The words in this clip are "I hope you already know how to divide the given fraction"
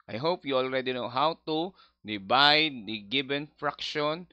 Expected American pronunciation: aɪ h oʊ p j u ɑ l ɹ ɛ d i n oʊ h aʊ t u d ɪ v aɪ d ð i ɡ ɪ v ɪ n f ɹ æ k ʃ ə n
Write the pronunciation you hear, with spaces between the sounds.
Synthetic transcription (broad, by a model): aɪ h oʊ p j u ɑ l ɹ ɛ d i n oʊ h aʊ t u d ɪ b aɪ d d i ɡ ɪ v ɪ n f ɹ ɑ k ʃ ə n